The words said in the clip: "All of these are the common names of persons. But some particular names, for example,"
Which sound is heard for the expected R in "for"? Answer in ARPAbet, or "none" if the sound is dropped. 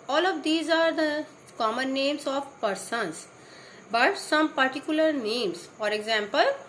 R